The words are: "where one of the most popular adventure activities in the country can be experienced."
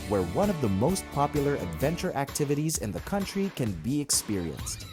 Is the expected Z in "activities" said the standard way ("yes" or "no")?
yes